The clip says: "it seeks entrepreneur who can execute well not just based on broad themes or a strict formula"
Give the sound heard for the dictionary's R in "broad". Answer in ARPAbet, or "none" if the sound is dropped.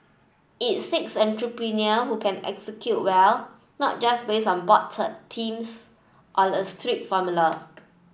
none